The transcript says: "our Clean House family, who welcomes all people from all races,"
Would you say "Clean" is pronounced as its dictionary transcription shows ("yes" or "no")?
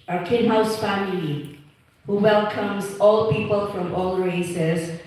no